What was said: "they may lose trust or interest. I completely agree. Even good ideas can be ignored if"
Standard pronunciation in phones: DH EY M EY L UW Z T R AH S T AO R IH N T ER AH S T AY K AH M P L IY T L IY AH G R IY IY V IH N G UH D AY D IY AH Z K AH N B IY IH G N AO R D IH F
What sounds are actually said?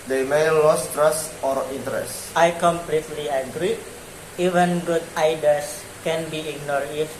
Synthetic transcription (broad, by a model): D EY M EY L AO S T R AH S T AO R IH N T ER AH S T AY K AH M P L IY T L IY AH G R IY IY V IH N G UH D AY D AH S K AH N B IY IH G N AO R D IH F